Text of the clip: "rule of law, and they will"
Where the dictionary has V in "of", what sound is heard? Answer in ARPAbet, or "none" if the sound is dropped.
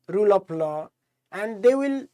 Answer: P